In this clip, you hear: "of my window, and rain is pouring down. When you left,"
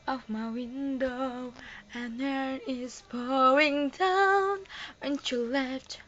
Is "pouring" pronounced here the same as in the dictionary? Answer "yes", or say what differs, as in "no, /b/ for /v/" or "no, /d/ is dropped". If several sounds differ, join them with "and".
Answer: no, /b/ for /p/ and /ɹ/ is dropped